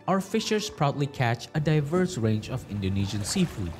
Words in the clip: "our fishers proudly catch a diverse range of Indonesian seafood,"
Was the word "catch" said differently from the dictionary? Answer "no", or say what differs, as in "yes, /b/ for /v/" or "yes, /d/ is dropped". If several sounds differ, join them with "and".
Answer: no